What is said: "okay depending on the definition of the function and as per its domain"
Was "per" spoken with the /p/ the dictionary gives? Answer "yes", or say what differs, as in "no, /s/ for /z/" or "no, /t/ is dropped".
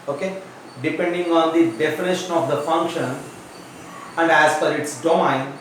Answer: no, /f/ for /p/